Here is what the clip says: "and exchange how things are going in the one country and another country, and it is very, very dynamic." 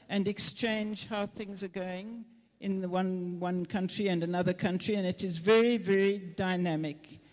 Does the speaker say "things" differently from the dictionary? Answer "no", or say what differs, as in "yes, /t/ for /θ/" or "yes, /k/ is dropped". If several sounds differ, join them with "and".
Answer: no